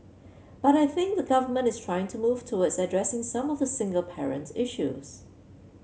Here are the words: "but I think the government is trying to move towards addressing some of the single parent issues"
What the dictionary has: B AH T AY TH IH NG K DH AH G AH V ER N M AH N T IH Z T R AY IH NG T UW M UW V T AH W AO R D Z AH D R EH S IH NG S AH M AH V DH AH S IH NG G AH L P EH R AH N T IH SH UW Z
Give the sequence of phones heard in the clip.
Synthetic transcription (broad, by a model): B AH T AY TH IH NG K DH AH G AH V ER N M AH N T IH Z T R AY IH NG T UW M UW V T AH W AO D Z AH D R EH S IH NG S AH M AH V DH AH S IH NG G AH L P EH R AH N T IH SH UW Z